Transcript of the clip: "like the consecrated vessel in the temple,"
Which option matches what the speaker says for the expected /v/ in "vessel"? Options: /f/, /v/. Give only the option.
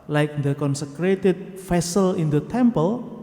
/f/